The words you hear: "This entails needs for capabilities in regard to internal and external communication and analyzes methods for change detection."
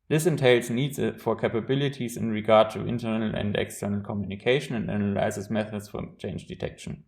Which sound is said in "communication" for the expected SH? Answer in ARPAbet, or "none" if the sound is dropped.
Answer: SH